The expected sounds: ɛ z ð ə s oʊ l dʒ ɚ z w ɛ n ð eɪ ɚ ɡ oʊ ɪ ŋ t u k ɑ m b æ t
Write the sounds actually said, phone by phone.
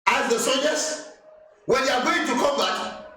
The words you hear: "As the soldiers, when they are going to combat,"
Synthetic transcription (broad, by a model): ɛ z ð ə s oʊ dʒ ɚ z w ɛ n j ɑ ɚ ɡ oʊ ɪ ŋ t u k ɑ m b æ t